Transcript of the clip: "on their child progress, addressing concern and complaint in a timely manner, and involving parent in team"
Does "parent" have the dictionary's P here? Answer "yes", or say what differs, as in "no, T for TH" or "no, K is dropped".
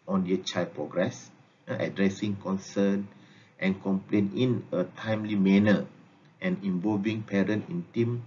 yes